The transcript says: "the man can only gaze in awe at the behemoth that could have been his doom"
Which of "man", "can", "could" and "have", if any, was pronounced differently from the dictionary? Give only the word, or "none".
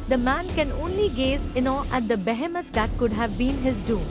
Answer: none